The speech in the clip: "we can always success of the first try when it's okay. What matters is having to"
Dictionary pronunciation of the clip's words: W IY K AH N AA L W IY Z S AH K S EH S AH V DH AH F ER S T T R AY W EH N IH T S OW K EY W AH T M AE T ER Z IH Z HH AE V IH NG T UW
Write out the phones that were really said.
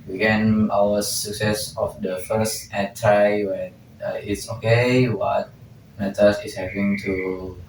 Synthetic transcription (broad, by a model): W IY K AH N AA W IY S AH K S EH S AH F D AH F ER S T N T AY W EH N IH T S OW K EY W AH T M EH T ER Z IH S HH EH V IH NG T UW